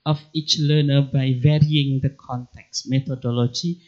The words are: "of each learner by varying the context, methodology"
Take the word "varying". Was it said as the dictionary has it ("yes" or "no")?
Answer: yes